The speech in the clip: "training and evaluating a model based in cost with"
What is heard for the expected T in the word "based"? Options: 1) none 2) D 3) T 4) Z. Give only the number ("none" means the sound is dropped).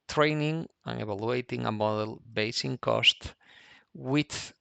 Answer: 1